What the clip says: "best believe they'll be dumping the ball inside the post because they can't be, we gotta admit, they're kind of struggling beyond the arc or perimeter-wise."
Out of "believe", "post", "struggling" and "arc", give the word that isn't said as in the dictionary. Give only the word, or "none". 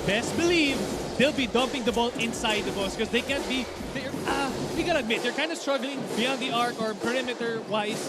post